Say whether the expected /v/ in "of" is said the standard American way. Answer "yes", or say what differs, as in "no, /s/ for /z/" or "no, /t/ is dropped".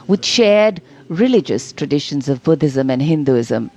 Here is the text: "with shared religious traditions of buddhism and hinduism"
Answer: yes